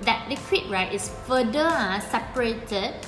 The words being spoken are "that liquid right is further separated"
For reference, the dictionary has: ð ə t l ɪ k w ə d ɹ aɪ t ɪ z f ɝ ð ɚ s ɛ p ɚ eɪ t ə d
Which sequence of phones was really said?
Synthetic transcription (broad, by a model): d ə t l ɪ k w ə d ɹ aɪ t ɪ s f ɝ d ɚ s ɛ p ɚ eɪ t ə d